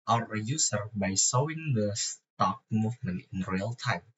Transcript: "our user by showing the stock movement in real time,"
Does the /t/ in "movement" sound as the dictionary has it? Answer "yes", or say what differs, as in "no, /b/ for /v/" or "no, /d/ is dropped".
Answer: no, /t/ is dropped